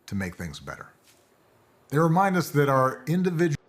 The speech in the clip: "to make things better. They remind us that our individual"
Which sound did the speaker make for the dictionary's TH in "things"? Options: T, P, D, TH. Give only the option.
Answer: TH